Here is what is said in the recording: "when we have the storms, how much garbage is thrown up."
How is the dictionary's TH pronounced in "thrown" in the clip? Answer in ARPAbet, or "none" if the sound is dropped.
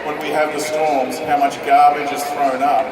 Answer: TH